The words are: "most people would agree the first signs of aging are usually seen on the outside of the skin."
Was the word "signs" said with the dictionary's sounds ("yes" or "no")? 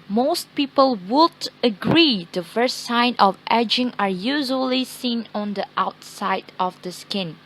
no